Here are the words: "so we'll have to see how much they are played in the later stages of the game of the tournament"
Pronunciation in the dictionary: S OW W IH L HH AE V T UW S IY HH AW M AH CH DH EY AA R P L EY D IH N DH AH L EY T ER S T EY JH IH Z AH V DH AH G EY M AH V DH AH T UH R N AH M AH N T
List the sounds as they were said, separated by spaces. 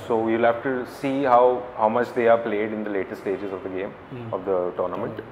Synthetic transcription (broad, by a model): S OW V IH L HH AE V T UW S IY HH AW M AH CH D EY AA R P L EY D IH N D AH L EY T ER S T EY JH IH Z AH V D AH G EY M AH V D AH T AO R N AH M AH N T